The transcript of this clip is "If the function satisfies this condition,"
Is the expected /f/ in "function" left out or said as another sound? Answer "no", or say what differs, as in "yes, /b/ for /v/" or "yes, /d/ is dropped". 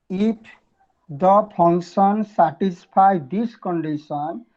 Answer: yes, /p/ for /f/